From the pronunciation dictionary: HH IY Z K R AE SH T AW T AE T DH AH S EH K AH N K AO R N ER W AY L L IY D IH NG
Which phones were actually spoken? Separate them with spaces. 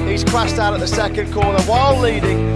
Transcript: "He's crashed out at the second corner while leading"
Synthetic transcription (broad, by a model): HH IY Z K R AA S T AW T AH T DH AH S EH K AH N K AO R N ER W AY L L IY D IH NG